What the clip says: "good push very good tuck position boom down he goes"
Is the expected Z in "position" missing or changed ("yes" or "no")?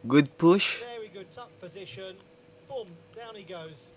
no